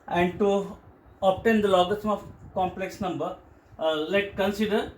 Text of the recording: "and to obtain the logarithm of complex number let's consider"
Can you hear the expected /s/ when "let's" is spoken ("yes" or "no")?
no